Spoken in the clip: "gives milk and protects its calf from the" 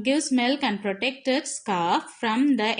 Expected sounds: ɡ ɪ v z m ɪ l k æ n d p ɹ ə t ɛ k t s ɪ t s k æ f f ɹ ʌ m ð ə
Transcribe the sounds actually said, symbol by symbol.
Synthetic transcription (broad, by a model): ɡ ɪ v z m ɪ l k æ n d p ɹ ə t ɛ k t ɪ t s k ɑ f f ɹ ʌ m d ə